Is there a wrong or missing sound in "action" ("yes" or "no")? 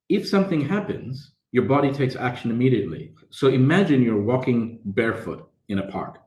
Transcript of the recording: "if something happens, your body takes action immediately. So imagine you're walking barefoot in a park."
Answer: no